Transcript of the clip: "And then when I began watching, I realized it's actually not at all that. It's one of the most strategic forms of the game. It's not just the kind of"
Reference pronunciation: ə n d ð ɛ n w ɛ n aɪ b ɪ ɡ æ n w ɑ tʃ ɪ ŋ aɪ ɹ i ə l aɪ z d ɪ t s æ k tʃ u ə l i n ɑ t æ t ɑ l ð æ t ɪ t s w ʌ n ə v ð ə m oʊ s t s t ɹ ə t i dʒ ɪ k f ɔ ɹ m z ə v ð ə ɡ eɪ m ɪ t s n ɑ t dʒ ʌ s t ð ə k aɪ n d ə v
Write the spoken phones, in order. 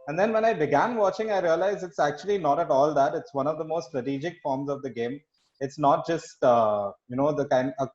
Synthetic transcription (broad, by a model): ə n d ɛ n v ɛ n aɪ b ɪ ɡ æ n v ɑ tʃ ɪ ŋ aɪ ɹ i ə l aɪ z ɪ t s æ k tʃ u ə l i n ɑ t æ t ɑ l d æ t ɪ t s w ʌ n ə v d ə m oʊ s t s t ɹ ə t i dʒ ɪ k f ɔ ɹ m z ə v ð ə ɡ eɪ m ɪ t s n ɑ t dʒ ʌ s t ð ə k aɪ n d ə